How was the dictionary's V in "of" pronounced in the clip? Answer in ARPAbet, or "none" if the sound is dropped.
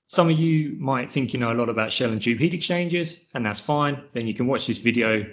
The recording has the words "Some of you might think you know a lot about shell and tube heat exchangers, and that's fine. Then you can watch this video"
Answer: V